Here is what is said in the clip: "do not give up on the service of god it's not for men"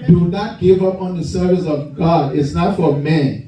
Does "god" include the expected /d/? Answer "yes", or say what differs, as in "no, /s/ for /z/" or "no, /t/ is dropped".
yes